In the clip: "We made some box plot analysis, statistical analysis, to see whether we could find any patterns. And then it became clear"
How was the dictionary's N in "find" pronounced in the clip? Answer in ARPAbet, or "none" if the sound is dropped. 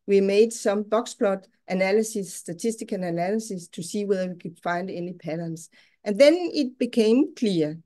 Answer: N